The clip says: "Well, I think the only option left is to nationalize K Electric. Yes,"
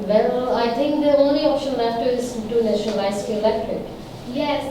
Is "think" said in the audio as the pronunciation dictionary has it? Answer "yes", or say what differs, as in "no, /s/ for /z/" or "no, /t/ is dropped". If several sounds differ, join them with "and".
no, /t/ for /θ/